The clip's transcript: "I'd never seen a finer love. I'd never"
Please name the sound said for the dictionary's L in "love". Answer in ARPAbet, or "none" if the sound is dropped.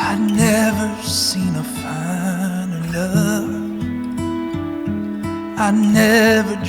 N